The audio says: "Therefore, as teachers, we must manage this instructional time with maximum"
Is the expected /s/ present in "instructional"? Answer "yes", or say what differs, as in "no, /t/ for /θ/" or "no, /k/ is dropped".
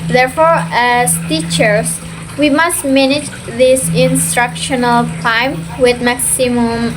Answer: yes